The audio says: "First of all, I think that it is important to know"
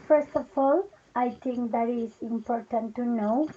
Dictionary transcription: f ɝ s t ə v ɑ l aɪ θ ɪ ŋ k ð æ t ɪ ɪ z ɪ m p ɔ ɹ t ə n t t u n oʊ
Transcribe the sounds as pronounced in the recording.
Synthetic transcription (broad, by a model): f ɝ s t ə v ɑ l aɪ t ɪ ŋ k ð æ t ɪ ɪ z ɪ m p ɔ ɹ t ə n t t u n oʊ